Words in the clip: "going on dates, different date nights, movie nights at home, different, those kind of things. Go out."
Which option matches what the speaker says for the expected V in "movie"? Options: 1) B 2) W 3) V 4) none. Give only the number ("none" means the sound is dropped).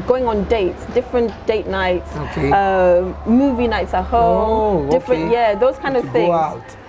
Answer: 3